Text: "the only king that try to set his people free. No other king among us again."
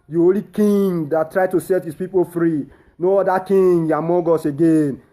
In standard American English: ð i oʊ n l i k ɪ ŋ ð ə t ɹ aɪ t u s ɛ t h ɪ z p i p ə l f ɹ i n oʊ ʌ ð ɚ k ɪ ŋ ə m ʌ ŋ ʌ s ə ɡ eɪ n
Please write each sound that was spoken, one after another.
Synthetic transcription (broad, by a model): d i oʊ l i k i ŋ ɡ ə t ɹ aɪ t u s ɛ t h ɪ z p i p ə l f ɹ i n oʊ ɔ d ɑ k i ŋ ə m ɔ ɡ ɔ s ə ɡ eɪ n